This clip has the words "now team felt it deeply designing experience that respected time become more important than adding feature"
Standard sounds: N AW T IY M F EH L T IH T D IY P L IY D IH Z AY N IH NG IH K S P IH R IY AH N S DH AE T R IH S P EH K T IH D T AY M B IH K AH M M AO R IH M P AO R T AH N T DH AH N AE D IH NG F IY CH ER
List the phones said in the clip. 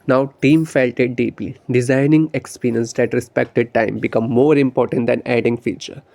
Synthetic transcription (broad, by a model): N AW T IY M F EH L T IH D D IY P IY D IH Z AY N IH NG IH K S P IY R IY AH N S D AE T R IH S P EH K T IH D T AY M B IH K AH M M AO R IH M P AO R T AH N T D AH N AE D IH NG F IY CH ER